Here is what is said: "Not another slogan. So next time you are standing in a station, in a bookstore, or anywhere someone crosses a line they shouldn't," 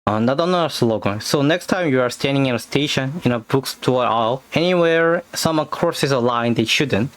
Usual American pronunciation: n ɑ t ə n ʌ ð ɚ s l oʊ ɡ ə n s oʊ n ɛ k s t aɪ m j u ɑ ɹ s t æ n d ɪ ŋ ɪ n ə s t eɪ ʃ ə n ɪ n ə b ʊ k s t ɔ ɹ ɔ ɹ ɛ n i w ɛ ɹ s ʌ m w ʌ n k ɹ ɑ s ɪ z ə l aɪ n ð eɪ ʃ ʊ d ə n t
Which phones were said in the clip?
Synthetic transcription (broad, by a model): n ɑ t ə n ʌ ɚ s l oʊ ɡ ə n s oʊ n ɛ k s t aɪ m j u ɑ ɹ s t æ n d ɪ ŋ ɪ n ə s t eɪ ʃ ə n ɪ n ə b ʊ k s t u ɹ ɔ l ɛ n i w ɛ ɹ s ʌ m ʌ k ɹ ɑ s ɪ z ə l aɪ n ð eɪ ʃ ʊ d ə n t